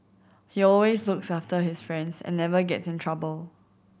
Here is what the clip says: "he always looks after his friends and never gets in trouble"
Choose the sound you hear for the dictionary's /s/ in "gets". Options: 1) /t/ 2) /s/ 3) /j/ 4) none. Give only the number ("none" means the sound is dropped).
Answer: 2